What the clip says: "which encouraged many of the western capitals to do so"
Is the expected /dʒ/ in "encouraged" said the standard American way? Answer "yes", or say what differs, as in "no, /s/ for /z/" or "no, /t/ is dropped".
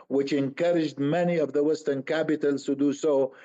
yes